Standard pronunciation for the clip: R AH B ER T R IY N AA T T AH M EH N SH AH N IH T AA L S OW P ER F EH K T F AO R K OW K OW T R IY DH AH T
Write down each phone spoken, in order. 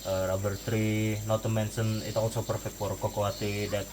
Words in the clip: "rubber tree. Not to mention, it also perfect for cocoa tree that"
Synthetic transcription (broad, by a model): R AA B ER T R IY N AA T T AH M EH N S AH N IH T AA L S OW P ER F EH K T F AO R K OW K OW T IY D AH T